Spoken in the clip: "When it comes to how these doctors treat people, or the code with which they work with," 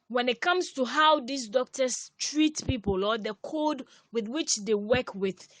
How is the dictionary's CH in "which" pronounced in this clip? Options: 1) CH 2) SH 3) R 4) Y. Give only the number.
1